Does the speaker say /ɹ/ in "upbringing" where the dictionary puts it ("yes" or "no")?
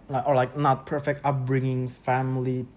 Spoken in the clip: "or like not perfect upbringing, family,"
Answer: yes